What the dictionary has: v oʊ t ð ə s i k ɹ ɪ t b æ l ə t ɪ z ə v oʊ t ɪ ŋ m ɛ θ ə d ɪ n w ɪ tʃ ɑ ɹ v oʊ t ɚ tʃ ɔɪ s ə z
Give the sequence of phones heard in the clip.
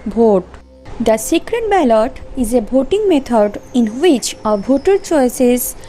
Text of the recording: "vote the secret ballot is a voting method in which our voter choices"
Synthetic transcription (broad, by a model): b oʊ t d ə s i k ɹ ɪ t b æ l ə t ɪ z ə b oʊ t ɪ ŋ m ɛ t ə d ɪ n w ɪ tʃ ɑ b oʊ t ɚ tʃ ɔɪ s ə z